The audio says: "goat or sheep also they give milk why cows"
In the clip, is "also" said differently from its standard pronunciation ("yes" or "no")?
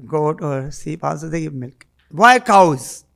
yes